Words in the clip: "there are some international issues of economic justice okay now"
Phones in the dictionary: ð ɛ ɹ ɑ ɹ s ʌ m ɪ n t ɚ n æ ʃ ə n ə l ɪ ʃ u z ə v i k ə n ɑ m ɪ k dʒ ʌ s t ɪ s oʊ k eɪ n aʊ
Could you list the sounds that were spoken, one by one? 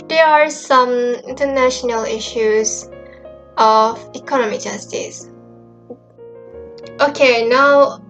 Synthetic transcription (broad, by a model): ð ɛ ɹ ɑ ɹ s ʌ m ɪ n t ɚ n æ ʃ ə n ə l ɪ ʃ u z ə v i k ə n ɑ m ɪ dʒ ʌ s t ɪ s oʊ k eɪ n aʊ